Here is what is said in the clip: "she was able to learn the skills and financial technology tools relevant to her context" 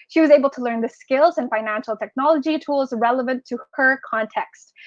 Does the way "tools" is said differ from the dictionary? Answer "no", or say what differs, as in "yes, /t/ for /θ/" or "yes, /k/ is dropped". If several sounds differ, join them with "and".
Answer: no